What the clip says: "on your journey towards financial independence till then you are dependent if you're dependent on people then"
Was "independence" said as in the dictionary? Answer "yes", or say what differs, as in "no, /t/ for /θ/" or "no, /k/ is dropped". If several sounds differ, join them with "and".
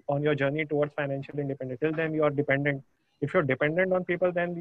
no, /s/ is dropped